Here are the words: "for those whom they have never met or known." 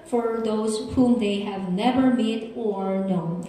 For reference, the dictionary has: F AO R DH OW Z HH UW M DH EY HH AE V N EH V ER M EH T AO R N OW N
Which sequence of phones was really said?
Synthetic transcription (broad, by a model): F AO R DH OW Z HH UW M DH EY HH AE V N EH V ER M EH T AO R N OW N